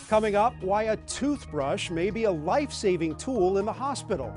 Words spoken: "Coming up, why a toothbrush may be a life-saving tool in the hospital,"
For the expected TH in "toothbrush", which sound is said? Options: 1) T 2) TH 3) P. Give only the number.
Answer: 2